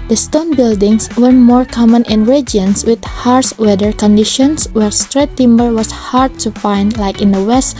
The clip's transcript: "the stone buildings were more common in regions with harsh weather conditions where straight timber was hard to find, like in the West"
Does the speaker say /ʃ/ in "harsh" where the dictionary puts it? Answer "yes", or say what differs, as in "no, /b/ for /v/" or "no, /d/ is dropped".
no, /s/ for /ʃ/